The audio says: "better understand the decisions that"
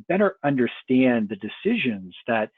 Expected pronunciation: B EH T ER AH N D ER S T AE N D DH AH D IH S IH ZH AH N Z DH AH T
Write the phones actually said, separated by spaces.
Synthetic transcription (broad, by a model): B EH T ER AH N D ER S T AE N DH AH D IH S IH ZH AH N Z DH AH T